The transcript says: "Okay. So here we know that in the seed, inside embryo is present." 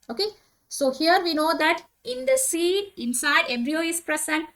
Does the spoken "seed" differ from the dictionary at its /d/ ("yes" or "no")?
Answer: yes